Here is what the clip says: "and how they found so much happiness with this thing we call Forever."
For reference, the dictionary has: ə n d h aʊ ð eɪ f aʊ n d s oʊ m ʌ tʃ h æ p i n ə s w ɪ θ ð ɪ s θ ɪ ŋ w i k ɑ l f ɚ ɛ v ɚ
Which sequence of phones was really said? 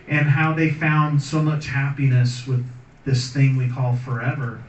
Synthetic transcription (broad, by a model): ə n h aʊ ð eɪ f aʊ n d s oʊ m ʌ tʃ h æ p i n ə s w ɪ ð ɪ s θ ɪ ŋ w i k ɑ l f ɚ ɛ v ɚ